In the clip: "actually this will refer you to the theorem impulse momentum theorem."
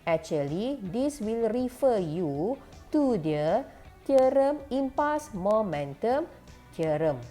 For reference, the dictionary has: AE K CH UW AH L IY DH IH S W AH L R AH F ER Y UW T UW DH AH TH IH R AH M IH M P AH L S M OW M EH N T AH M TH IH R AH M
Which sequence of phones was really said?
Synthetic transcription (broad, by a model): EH K CH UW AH L IY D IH S W AH L R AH F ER Y UW T UW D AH T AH R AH M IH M P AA S M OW M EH N T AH M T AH R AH M